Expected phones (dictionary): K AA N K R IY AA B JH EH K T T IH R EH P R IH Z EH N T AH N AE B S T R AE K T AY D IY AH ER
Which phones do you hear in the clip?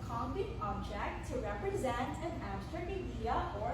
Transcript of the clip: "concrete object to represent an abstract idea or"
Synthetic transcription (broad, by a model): K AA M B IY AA B JH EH K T T IH R EH P R IH Z EH N T AH N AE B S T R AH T AY D IY AH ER